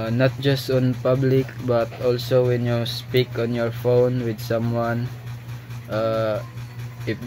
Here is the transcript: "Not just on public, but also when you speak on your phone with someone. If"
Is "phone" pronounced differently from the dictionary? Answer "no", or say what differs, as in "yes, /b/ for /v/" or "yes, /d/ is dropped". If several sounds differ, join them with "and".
no